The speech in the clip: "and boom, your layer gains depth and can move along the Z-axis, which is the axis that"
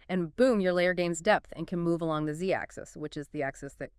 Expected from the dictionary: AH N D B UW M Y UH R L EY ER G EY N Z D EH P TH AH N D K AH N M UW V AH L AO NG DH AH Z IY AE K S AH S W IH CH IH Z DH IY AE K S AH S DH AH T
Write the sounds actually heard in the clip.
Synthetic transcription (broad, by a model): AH N B UW M Y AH R L EY ER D EY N Z D EH P TH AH N K AH N M UW V AH L AO NG DH AH Z IY AE K S AH S W IH CH IH Z DH IY AE K S AH S DH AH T